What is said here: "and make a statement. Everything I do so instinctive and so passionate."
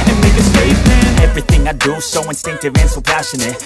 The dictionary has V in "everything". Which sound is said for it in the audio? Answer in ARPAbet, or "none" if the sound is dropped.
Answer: V